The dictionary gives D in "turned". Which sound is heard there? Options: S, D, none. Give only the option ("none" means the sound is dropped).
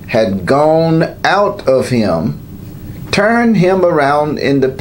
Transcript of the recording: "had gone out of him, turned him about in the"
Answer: none